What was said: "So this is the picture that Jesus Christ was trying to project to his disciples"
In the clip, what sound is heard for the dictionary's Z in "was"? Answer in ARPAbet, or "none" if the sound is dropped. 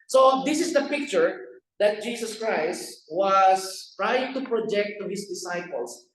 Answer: S